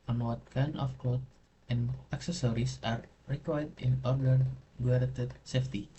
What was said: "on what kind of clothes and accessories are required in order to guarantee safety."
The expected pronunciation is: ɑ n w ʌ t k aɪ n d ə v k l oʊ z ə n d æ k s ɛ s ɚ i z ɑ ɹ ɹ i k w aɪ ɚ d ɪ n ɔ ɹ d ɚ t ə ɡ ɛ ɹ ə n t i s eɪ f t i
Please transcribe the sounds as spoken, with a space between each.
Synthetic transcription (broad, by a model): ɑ n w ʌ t k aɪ n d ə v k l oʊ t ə n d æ k s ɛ s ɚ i s ɑ ɹ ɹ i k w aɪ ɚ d ɪ n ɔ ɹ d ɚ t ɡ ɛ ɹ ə t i s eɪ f t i